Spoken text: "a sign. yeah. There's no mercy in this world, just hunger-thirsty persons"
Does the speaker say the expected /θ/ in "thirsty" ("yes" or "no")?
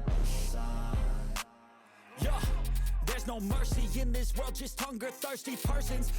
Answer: yes